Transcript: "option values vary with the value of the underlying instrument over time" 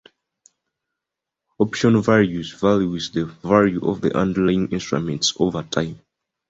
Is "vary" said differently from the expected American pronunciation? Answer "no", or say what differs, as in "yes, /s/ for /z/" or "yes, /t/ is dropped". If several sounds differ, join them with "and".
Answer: yes, /l/ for /ɹ/